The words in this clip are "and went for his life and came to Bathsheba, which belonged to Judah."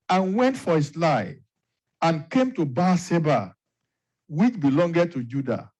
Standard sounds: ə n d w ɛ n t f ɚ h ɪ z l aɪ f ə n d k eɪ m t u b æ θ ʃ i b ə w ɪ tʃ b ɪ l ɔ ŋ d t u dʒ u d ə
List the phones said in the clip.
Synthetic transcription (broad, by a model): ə n w ɛ n t f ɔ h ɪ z l aɪ ə n k eɪ m t u b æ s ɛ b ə w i tʃ b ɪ l ɔ ŋ d t u dʒ u d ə